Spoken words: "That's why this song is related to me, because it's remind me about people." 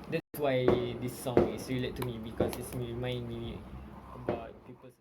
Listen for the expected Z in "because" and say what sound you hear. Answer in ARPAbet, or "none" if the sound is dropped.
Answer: S